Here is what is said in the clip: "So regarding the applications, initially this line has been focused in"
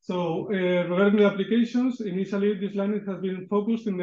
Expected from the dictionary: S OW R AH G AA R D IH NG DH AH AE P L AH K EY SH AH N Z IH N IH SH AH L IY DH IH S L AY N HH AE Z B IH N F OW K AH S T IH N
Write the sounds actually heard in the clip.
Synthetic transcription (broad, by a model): S OW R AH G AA R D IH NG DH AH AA P L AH K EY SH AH N S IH N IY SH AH L IY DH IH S L AY N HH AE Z B IH N F OW K AH S T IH N